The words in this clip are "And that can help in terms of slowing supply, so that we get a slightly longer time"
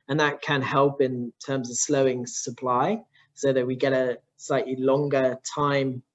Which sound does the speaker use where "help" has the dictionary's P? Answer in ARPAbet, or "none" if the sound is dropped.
P